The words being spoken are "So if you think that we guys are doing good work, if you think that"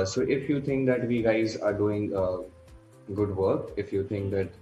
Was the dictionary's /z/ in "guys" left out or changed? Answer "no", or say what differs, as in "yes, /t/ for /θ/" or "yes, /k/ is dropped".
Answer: no